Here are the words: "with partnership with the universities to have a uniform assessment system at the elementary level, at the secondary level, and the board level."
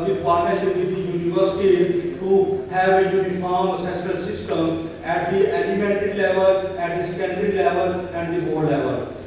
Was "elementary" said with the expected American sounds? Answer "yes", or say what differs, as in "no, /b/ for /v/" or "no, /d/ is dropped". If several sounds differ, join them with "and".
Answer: no, /n/ is dropped